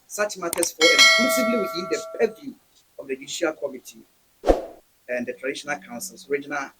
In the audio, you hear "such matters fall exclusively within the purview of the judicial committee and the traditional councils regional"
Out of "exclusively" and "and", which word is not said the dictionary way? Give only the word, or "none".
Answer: exclusively